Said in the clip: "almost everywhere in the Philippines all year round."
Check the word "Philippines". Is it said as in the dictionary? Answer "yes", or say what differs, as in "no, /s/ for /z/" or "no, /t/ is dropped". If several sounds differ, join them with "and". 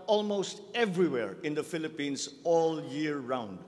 no, /s/ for /z/